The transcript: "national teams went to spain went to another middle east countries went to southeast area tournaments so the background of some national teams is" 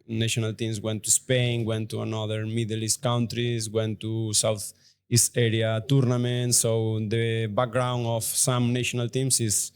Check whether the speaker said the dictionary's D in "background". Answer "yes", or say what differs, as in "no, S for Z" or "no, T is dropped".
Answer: no, D is dropped